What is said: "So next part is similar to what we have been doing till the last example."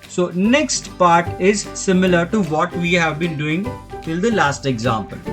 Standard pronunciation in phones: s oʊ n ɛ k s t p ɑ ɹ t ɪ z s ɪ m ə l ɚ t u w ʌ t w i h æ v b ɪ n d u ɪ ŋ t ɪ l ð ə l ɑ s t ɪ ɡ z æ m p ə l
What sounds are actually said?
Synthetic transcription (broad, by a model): s oʊ n ɛ k s t p ɑ ɹ t ɪ z s ɪ m ə l ɚ t u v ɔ t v i h æ v b ɪ n d u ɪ ŋ t ɪ l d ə l ɑ s t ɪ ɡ z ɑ m p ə l